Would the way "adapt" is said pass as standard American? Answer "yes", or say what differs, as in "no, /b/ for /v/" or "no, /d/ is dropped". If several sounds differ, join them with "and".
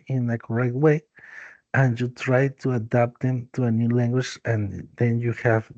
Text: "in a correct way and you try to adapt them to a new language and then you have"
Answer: yes